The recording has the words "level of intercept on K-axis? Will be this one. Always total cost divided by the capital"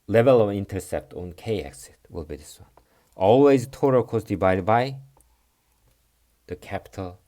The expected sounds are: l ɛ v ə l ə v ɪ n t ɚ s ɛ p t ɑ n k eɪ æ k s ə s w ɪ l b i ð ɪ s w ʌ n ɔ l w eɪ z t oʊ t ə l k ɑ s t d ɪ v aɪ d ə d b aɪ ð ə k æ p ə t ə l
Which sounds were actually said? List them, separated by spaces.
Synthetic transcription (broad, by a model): l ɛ v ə l ə v ɪ n t ɚ s ɛ p t ɑ n k eɪ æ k s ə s w ɪ l b i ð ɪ s w ʌ n ɔ l w eɪ z t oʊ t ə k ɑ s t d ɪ b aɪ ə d b aɪ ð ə k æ p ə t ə l